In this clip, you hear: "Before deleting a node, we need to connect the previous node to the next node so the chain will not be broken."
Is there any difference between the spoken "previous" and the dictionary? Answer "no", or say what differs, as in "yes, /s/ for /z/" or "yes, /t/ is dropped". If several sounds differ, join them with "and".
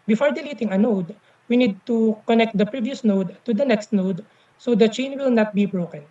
no